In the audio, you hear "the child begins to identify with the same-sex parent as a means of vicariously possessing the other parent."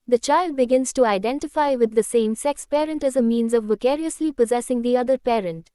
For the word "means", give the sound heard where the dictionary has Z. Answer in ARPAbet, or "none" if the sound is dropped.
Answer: Z